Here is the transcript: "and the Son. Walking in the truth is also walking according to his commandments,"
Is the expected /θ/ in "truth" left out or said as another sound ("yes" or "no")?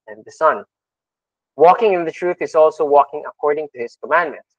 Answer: no